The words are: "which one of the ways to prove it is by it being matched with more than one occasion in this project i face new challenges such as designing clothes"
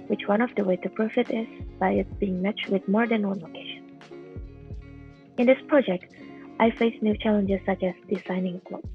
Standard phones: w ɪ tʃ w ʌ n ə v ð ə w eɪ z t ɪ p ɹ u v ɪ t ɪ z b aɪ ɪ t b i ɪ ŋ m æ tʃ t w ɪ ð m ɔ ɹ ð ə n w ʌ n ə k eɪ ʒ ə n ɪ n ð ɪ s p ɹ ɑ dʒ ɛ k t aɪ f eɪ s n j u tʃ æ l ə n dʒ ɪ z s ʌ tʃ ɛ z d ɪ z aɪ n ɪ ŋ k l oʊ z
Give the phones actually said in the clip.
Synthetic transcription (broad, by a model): w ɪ tʃ w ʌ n ə v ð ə w eɪ t ɪ p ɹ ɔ f ɪ t ɪ z b aɪ ɪ t b i ɪ ŋ m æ tʃ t w ɪ ð m ɔ ɹ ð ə n w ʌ n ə k eɪ ʃ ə n ɪ n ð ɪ s p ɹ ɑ dʒ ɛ k t aɪ f eɪ s n j u tʃ æ l ə n dʒ ɪ z s ʌ tʃ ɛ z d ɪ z aɪ n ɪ ŋ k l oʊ